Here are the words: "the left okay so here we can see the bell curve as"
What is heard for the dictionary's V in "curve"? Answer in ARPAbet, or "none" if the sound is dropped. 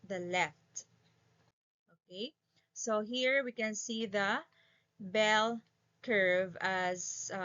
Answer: V